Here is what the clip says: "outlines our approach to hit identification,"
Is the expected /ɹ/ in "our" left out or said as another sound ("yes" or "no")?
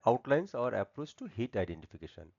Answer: no